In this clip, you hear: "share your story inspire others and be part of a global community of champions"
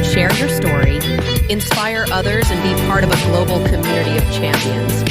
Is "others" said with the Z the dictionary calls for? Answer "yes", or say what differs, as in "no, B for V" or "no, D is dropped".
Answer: yes